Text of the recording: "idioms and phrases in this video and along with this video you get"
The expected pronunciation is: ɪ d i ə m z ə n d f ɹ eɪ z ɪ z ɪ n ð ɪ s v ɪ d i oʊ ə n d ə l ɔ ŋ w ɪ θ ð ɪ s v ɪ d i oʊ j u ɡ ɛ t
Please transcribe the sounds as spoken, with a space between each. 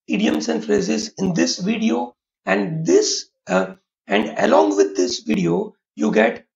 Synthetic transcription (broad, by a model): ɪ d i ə m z ə n d f ɹ eɪ z ɪ z ɪ n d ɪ s v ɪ d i oʊ ə n d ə l ɔ ŋ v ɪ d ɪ s v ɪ d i oʊ j u ɡ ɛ t